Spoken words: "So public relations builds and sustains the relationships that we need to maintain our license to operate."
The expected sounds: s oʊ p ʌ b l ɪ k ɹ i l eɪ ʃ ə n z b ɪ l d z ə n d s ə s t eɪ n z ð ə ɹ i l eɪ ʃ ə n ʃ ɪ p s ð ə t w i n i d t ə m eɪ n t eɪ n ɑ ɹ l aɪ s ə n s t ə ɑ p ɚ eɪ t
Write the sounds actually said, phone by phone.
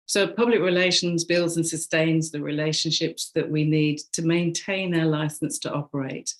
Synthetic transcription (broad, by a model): s oʊ p ʌ b l ɪ k ɹ i l eɪ ʃ ə n z b ɪ l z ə n s ə s t eɪ n z ð ə ɹ i l eɪ ʃ ə n ʃ ɪ p s ð ə t w i n i d t ə m eɪ n t eɪ n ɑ l aɪ s ə n s t ə ɑ p ɚ eɪ t